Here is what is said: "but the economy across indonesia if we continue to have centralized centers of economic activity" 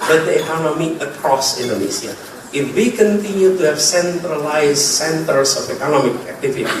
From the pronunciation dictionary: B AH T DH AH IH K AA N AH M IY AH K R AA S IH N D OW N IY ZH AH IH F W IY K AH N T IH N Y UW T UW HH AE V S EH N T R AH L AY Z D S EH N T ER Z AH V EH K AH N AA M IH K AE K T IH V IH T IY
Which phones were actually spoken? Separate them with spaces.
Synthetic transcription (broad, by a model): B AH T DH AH IH K AA N AH M IY AH K R AA S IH N D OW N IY S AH IH F W IY K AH N T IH N Y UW T UW HH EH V S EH N T R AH L AY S S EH N T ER S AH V EH K AH N AA M IH K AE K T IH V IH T IY